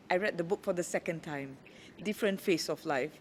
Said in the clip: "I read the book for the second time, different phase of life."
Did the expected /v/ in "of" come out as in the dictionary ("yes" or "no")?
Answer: no